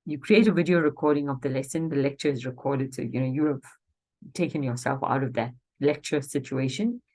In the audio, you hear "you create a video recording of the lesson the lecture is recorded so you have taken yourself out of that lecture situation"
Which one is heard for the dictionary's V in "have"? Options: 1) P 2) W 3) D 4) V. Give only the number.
1